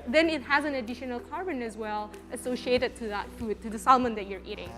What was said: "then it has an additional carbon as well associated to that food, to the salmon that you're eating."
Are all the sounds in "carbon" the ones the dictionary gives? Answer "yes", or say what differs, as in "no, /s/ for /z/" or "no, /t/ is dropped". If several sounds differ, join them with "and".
yes